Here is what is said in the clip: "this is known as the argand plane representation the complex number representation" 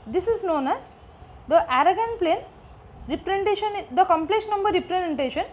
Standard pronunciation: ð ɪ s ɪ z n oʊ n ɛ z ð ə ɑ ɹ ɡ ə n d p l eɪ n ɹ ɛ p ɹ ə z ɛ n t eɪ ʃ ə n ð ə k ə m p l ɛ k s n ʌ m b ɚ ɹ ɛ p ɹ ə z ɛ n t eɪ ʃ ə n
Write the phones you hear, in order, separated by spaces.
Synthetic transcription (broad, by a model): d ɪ s ɪ z n oʊ n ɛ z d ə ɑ ɹ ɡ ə n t p l eɪ n ɹ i p ɹ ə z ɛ n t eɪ ʃ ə n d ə k ə m p l ɛ k s n ʌ m b ɚ ɹ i p ɹ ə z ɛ n t eɪ ʃ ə n